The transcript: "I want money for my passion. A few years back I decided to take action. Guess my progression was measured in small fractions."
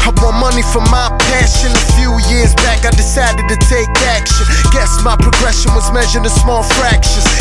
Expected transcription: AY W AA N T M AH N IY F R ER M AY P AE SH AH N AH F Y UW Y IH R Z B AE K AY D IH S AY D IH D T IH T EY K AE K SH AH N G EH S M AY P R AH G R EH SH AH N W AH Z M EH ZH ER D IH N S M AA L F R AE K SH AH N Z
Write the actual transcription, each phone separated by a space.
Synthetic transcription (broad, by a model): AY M AA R M AH N IY F R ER M AY P AE SH AH N AH F Y UW Y IH R Z B AE K AY D IH S AY D IH D T IH T EY K AE K SH AH N G EH S M AY P R AH G R EH SH AH N W AH Z M EH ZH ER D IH S M AA L F R AE K SH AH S